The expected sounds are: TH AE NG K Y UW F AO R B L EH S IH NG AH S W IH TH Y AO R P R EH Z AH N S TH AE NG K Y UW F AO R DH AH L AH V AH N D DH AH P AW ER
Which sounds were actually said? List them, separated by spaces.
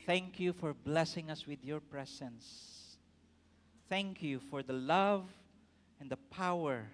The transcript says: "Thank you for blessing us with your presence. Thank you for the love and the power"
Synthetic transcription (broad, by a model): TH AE NG K Y UW F AO R B L EH S IH NG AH S W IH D Y AO R P R EH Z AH N S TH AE NG K Y UW F AO R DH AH L AH V AH N D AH P AW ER